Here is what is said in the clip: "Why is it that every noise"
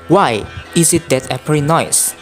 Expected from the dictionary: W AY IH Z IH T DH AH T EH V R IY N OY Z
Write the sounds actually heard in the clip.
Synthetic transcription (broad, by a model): W AY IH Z IH T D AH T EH P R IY N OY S